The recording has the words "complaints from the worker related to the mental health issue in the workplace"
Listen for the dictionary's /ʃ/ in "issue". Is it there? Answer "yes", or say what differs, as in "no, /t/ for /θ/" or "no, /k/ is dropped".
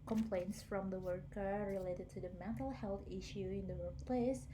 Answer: yes